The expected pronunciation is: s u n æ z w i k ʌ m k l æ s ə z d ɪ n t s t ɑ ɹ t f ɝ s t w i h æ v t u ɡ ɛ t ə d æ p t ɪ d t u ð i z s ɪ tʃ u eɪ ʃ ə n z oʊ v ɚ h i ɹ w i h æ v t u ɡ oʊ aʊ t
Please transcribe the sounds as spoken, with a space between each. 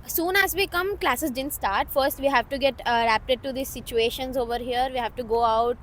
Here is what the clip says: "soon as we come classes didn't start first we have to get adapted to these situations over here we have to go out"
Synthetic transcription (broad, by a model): s u n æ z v i k ʌ m k l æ s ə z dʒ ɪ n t s t ɑ ɹ t f ɝ s t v i h æ v t u ɡ ɛ t ə d æ p t ɪ d t u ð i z s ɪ tʃ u eɪ ʃ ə n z oʊ v ɚ h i ɹ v i h æ v t u ɡ oʊ aʊ t